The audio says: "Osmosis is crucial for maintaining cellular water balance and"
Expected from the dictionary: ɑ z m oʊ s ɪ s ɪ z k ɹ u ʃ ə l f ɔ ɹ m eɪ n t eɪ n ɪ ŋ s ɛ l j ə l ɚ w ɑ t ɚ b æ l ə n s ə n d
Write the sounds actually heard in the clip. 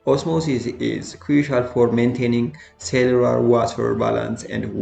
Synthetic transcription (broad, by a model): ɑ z m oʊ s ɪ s ɪ z k ɹ u ʃ ə l f ɔ ɹ m eɪ n t eɪ n ɪ ŋ s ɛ l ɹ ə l w ɑ t ɚ b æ l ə n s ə n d